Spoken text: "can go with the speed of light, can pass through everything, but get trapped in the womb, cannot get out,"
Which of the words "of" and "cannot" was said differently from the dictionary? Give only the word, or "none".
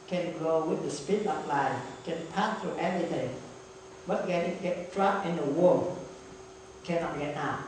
of